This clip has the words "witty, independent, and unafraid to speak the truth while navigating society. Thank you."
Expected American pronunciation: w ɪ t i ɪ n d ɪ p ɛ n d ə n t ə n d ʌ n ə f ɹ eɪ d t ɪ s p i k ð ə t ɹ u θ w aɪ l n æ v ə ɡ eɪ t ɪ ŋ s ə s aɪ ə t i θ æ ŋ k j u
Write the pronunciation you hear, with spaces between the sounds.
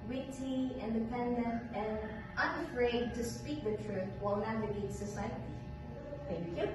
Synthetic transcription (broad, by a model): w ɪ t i ɪ n d ɪ p ɛ n d ə n t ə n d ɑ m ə f ɹ eɪ d t ɪ s p i k ð ə t ɹ u θ w aɪ l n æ ə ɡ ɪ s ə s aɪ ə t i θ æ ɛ